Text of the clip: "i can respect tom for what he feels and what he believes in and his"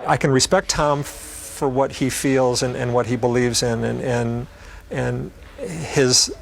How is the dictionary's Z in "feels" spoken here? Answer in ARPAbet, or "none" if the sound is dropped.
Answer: Z